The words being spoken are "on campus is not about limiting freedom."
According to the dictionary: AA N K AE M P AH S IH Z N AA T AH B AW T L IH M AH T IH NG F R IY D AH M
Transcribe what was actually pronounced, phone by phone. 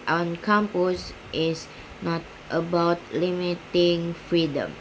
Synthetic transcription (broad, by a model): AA N K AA M P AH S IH S N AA T AH B AW T L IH M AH T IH NG F R IY D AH M